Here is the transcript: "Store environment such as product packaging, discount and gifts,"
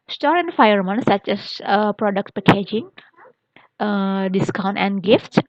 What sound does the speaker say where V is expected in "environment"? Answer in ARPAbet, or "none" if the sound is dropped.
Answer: F